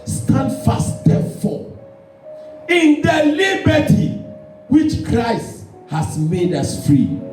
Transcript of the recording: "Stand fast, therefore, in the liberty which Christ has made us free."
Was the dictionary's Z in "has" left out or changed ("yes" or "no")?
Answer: yes